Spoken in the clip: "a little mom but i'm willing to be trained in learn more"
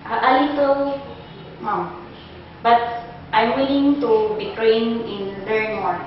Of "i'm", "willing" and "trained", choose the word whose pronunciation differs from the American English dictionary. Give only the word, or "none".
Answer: trained